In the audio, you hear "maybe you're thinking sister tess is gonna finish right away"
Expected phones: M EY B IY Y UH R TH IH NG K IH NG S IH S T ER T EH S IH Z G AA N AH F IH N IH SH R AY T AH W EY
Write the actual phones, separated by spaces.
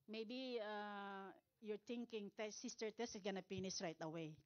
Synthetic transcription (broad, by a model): M EY B IY Y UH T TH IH NG K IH NG S IH S T ER T EH S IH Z G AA N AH P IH N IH S R AY T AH W EY